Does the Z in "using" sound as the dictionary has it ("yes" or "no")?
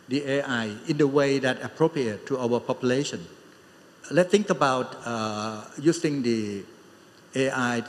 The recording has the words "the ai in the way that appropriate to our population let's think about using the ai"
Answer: no